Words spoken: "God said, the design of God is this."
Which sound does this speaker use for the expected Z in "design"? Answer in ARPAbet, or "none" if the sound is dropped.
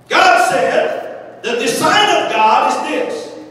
S